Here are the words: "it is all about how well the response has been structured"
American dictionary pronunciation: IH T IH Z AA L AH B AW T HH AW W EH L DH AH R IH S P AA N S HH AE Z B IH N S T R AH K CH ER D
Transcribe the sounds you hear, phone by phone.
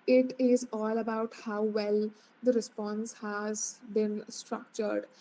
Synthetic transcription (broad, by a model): IH T IH Z AA L AH B AW T HH AW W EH L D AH R IH S P AA N S HH AE Z B IH N S T R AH K CH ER D